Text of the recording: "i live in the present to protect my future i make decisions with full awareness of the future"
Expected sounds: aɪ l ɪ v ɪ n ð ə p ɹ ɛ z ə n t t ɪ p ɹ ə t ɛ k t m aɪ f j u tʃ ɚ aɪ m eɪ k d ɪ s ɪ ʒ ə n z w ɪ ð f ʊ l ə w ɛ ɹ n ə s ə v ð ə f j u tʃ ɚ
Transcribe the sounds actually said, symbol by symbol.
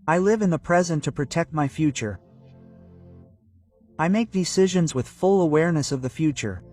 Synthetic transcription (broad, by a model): aɪ l ɪ v ɪ n ð ə p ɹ ɛ z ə n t t ɪ p ɹ ə t ɛ k t m aɪ f j u tʃ ɚ aɪ m eɪ k d ɪ s ɪ ʒ ə n z w ɪ ð f ʊ l ə w ɛ ɹ n ə s ə v ð ə f j u tʃ ɚ